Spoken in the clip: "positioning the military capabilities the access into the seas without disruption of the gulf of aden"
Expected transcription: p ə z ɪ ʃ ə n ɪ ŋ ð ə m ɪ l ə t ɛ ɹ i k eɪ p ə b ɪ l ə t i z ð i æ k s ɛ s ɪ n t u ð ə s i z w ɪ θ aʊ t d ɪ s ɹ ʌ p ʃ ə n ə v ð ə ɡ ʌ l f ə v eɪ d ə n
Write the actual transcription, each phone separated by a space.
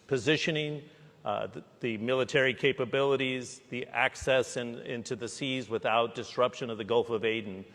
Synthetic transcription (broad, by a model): p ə z ɪ ʃ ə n ɪ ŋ ð ə m ɪ l ə t ɛ ɹ i k eɪ p ə b ɪ l ə t i z ð i æ k s ɛ s ɪ n t u ð ə s i z w ɪ θ aʊ t d ɪ s ɹ ʌ p ʃ ə n ə v ð ə ɡ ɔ l f ə v eɪ d n